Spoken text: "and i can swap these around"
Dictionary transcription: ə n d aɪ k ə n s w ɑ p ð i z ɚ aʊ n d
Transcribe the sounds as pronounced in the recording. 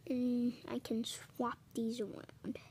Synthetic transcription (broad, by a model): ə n aɪ k ə n s w ɑ p ð i z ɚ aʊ n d